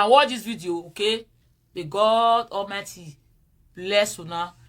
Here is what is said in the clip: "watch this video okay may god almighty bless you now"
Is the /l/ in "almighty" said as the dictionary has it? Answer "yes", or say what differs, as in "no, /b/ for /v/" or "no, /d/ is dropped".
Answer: no, /l/ is dropped